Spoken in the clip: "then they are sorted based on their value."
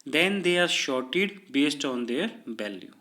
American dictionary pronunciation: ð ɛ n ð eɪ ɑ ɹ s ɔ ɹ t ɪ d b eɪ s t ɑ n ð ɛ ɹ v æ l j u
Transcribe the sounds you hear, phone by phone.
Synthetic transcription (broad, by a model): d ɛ n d eɪ ɑ ɹ ʃ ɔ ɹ t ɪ d b eɪ s t ɑ n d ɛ ɹ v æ l j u